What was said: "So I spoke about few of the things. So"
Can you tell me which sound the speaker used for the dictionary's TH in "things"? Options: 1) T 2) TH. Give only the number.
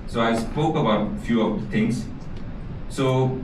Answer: 1